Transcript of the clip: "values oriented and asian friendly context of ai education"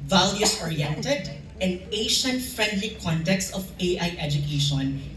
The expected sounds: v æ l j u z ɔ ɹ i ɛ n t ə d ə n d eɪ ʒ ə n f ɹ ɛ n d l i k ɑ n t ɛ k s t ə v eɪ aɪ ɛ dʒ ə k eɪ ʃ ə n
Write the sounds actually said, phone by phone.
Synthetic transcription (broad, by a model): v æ l j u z ɔ ɹ i ɛ n t ə d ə n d eɪ ʃ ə n f ɹ ɛ n d l i k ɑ n t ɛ k s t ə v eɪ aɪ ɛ dʒ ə k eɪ ʃ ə n